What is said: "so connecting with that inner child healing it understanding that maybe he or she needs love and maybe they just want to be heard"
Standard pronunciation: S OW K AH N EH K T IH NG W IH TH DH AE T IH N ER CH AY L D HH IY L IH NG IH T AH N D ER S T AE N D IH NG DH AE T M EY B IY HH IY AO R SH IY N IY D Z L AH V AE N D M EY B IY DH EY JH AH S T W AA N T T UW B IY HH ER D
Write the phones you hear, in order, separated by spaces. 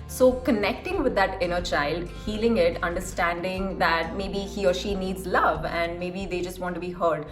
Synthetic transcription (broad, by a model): S OW K AH N EH K T IH NG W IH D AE T IH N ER CH AY L D HH IY L IH NG IH T AH N D ER S T AE N D IH NG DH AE T M EY B IY HH IY AO R SH IY N IY D Z L AH V AE N D M EY B IY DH EY JH AH S T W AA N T T UW B IY HH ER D